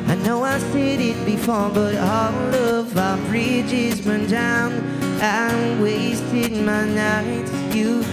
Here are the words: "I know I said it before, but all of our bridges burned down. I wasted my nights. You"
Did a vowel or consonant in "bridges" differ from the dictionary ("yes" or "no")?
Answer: no